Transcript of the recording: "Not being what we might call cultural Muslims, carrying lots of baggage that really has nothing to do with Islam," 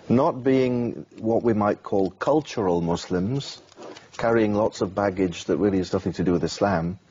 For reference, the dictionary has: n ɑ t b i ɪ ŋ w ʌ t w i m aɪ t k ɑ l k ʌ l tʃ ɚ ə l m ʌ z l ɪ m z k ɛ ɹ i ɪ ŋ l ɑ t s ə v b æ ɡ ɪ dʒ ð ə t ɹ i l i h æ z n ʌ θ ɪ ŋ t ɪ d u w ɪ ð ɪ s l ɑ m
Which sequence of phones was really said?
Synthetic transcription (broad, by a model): n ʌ t b i ɪ ŋ w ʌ t w i m aɪ t k ɑ l k ʌ l tʃ ɚ ə l m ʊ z l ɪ m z k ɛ ɹ i ɪ ŋ l ɑ t s ə v b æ ɡ ɪ dʒ ð ə t ɹ i l i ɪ z n ʌ θ ɪ ŋ t ɪ d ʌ w ɪ ð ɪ s l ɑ m